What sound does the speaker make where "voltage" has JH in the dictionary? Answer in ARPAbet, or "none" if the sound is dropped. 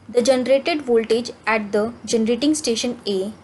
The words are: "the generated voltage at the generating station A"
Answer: JH